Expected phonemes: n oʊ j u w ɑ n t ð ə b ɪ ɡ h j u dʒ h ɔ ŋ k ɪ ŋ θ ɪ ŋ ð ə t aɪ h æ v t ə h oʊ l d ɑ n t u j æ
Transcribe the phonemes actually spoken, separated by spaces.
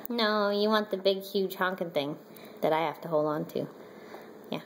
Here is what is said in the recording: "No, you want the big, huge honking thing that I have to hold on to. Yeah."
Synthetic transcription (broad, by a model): n oʊ j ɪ w ɑ n ð ə b ɪ ɡ h j u dʒ h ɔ ŋ k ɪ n θ ɪ ŋ ð ə t aɪ h æ f t ə h oʊ l d n t u j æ